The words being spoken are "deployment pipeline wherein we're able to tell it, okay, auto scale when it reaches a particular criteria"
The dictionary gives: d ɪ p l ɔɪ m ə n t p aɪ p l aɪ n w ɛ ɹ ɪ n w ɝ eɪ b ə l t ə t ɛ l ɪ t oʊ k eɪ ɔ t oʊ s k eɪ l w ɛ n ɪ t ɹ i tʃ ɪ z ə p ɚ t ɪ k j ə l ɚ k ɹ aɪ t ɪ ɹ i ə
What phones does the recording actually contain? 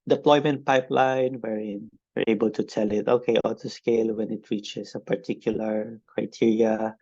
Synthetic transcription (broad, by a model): d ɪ p l ɔɪ m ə n t p aɪ p l aɪ n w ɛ ɹ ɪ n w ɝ eɪ b ə l t ə t ɛ l ɪ t oʊ k eɪ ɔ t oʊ s k eɪ l w ɛ n ɪ t ɹ i tʃ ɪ s ə p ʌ t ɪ k j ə l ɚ k ɹ aɪ t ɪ ɹ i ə